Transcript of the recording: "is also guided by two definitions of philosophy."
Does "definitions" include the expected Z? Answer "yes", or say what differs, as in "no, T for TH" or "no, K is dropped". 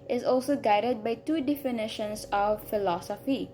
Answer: no, S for Z